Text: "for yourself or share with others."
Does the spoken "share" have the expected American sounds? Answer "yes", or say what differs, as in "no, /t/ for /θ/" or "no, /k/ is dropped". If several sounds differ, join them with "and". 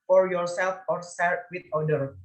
no, /s/ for /ʃ/